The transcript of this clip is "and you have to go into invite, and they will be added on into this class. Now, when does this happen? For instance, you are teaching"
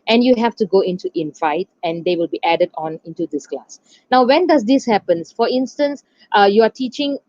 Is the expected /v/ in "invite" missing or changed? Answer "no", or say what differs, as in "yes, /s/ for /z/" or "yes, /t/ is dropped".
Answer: yes, /f/ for /v/